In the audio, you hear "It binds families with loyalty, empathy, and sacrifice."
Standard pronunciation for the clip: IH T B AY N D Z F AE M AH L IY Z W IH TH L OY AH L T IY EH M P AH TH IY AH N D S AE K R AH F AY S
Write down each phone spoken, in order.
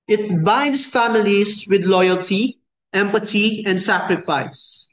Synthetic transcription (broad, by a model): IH T B AY N D S F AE M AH L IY S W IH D L OY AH L T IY EH M P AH T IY AH N D S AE K R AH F AY S